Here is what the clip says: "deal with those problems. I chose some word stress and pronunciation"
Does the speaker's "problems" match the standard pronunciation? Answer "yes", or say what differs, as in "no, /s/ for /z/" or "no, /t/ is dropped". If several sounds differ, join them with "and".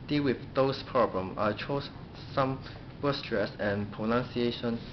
no, /z/ is dropped